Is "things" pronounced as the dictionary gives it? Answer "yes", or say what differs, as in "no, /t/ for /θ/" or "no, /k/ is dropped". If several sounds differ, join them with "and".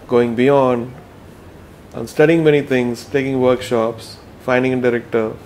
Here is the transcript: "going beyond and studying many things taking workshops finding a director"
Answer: no, /t/ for /θ/